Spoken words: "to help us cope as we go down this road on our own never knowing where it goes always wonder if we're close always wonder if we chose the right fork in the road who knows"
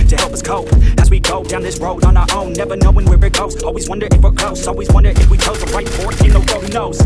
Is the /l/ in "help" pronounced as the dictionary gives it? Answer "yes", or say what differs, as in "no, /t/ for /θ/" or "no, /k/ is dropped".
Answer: yes